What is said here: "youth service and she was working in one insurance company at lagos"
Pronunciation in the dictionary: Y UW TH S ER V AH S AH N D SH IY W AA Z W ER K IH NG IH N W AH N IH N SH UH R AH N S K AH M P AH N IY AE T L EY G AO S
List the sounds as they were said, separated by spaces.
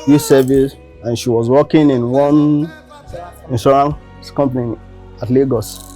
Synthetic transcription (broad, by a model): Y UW S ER V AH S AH N SH IY W AA Z W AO K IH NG IH N W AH N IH N S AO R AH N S K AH M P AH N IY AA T L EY G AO S